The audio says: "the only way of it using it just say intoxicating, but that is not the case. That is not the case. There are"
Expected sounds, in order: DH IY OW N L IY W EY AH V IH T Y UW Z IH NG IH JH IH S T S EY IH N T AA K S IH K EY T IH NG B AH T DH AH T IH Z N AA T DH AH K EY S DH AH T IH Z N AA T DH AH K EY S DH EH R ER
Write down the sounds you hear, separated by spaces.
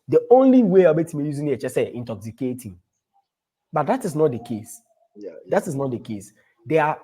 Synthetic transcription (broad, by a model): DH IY OW N L IY W EY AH B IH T Y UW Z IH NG IH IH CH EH S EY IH N T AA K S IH K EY T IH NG B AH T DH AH T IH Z N AA T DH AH K EY S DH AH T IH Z N AA T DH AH K EY S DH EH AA